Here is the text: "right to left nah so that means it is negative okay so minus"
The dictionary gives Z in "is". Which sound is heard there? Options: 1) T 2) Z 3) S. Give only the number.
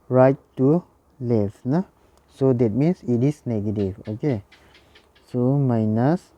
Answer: 3